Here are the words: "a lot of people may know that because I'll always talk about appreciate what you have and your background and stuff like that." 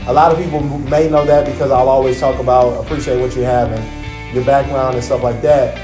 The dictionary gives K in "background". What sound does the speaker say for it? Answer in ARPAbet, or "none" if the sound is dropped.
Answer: K